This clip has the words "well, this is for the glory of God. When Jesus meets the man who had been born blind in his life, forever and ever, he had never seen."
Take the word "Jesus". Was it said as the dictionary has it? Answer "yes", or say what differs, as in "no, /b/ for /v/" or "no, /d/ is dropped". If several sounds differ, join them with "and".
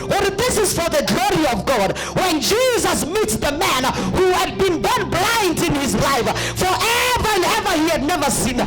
yes